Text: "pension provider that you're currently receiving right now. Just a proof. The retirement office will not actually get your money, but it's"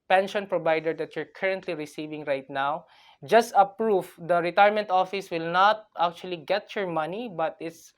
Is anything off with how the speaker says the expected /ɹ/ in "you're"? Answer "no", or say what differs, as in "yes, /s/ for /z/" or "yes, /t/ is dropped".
no